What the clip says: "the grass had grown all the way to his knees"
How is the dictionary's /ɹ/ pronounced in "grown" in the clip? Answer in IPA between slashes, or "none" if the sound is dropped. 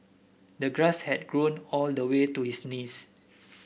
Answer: /ɹ/